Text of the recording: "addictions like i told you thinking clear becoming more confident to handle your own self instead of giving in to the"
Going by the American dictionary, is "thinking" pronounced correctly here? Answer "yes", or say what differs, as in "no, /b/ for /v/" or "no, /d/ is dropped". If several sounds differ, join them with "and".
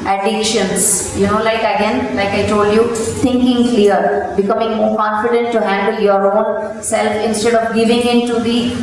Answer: no, /t/ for /θ/